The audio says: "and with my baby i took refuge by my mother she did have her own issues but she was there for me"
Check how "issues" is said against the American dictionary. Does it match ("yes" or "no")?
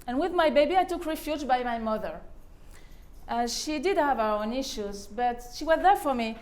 yes